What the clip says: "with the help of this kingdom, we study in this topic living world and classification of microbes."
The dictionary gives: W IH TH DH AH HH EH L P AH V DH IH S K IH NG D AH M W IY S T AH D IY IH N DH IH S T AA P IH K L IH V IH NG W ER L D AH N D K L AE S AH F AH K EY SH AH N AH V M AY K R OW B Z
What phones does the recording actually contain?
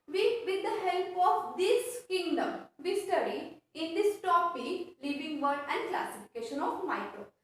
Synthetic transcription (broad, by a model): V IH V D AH HH EH L P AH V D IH S K IH NG D AH M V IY S T AH D IY IH N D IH S T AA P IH L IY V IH NG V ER D AH N D K L AE S AH F AH K EY SH AH N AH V M AY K R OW